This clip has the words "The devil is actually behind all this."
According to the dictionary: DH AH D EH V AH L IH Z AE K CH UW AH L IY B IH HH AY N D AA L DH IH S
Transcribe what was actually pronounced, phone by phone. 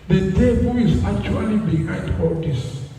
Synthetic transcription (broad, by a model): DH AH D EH B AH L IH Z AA K CH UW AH L IY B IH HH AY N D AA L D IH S